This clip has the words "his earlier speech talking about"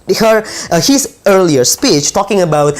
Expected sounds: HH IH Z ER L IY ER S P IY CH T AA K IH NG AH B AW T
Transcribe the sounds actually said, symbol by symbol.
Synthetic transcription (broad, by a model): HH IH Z ER L IY ER S P IY CH T AA K IH NG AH B AW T